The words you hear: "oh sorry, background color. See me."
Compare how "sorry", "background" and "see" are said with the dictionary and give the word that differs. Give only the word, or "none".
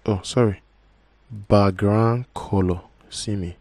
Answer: background